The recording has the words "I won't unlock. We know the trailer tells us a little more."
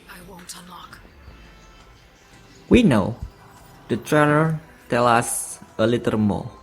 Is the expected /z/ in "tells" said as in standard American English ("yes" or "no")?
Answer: no